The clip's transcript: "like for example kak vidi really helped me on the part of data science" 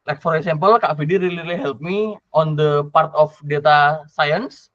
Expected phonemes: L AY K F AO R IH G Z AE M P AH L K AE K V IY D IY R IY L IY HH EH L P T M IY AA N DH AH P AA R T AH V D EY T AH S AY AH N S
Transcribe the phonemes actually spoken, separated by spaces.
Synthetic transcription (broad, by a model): L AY K F AO R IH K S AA M P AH L K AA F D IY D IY L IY L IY HH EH L P M IY AA N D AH P AA R T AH F D EY T AH S AY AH N S